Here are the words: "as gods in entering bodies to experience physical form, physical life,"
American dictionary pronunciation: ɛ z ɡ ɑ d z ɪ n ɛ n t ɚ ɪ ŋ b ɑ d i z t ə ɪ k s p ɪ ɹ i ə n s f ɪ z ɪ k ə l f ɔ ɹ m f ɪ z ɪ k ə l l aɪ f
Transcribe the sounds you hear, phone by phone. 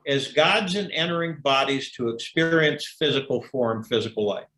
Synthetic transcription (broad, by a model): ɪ z ɡ ɑ d z ɪ n ɛ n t ɚ ɪ ŋ b ɑ d i z t ə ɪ k s p ɪ ɹ i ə n s f ɪ z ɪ k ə l f ɔ ɹ m f ɪ z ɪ k l l aɪ f